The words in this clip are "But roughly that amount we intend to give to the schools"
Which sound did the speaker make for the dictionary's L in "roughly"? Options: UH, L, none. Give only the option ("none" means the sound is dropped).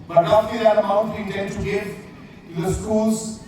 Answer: none